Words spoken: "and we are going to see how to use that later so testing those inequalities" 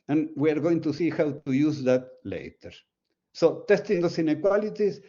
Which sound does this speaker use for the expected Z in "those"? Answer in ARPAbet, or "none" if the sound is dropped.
S